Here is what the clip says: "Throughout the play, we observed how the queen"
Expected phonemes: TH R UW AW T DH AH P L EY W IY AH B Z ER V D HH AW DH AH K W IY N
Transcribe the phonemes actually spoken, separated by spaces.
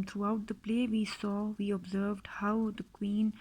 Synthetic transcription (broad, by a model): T R UW AW T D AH P L EY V IY AH B Z ER V D HH AW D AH K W IY N